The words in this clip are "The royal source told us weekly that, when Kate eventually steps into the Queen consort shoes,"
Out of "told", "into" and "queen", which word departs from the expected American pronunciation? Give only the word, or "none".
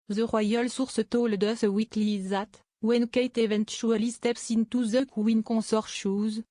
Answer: none